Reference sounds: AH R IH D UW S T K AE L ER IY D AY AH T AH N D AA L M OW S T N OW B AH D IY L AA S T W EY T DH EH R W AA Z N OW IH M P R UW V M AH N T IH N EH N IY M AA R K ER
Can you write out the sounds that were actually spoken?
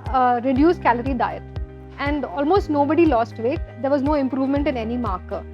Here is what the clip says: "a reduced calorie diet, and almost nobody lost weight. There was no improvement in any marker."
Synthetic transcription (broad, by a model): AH R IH D UW S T K AE L ER IY D AY AH T AH N D AA L M OW S T N OW B AH D IY L AA S T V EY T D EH R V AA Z N OW IH M P R UW V M AH N T IH N EH N IY M AA R K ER